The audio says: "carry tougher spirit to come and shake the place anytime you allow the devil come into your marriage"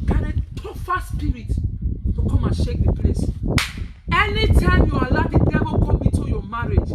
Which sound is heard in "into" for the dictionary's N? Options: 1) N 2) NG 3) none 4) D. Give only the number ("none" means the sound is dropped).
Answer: 3